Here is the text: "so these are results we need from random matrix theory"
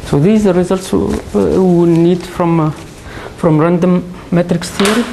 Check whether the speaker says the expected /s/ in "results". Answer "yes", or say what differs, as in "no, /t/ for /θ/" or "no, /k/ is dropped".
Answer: yes